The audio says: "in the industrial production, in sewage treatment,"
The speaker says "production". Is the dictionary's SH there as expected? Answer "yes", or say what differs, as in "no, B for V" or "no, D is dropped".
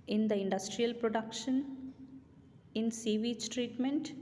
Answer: yes